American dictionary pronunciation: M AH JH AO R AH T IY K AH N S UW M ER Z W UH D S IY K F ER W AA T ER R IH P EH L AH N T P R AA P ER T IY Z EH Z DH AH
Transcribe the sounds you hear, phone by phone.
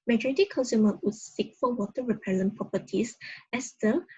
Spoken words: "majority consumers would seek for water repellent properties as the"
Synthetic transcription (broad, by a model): M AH JH AO R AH T IY K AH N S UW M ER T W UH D S IY K F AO W AA T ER R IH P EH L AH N P R AA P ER T IY S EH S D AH